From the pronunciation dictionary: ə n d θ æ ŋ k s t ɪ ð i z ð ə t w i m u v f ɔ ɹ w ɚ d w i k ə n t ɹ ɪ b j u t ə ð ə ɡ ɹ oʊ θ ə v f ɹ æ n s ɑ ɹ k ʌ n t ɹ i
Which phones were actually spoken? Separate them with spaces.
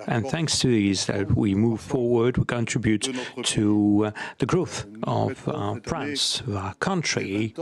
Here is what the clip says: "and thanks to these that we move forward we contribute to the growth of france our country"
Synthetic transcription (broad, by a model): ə n θ æ ŋ k s t ɪ ð i z ð ə t w i m u v f ɔ ɹ w ɚ d w i k ə n t ɹ ɪ b j u t ə ð ə ɡ ɹ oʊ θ ə v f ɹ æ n s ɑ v k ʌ n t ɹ i